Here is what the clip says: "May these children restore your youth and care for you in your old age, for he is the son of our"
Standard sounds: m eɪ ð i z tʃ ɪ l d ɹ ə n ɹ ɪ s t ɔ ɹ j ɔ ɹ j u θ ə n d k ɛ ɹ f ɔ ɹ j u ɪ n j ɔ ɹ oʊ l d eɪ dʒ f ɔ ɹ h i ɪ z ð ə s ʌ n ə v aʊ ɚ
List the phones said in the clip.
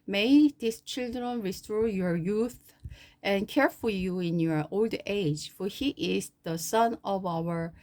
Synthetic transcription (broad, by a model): m eɪ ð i s tʃ ɪ l d ɹ ə n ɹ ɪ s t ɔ j ɔ ɹ j u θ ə n k ɛ ɹ f ɔ ɹ j u ɪ n j ɔ ɹ oʊ l d eɪ dʒ f ɔ ɹ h i ɪ z ð ə s ʌ n ə v aʊ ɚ